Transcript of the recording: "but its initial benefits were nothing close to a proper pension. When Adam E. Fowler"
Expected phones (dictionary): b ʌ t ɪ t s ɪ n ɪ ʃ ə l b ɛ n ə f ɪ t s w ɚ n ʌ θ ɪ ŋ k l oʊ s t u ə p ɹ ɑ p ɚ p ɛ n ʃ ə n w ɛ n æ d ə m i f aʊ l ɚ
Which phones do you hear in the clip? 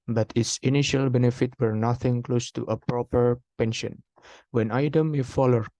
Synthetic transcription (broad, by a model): b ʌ t ɪ t s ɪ n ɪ ʃ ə l b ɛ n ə f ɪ t w ɚ n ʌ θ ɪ ŋ k l oʊ s t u ə p ɹ ɑ p ɚ p ɛ n ʃ ə n w ɛ n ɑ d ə m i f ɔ l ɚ